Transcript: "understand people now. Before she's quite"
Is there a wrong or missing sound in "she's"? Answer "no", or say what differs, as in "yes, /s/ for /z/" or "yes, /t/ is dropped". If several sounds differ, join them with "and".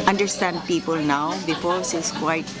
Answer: yes, /s/ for /ʃ/